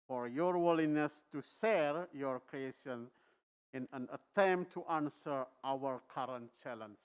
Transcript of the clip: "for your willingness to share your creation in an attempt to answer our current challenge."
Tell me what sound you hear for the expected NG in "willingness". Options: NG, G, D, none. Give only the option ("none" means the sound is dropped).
none